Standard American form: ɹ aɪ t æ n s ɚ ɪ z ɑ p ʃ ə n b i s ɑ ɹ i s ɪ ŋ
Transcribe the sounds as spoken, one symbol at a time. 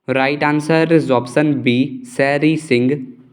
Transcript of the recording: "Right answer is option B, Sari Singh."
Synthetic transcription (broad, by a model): ɹ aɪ t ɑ n s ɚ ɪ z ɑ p s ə n b i s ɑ ɹ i s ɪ ŋ